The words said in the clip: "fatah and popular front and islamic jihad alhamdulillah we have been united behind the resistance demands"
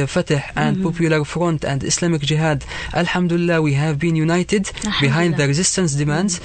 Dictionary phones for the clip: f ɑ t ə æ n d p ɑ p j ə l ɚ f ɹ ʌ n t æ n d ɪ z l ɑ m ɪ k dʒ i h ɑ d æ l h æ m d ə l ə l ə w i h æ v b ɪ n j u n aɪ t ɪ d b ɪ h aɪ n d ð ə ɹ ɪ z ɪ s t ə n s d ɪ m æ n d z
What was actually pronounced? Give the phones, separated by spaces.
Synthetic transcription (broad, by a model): f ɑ t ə æ n d p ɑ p j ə l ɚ f ɹ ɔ n t æ n d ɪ s l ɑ m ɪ k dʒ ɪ h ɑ d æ l h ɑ m d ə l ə l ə w i h æ v b ɪ n j u n aɪ t ɪ d b ɪ h aɪ n d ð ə ɹ ɪ z ɪ s t ə n s d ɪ m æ n d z